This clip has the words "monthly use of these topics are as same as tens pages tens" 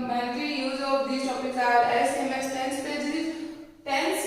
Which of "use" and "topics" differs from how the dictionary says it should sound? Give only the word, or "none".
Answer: topics